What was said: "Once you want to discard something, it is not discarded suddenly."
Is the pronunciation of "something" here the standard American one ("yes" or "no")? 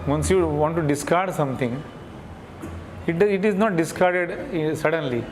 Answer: no